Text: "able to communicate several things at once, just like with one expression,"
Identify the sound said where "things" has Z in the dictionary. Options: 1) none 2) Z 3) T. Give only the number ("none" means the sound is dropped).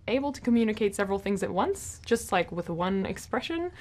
2